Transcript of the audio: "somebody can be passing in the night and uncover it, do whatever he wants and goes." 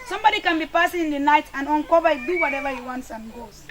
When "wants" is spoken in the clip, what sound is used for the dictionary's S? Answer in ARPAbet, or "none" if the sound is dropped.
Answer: S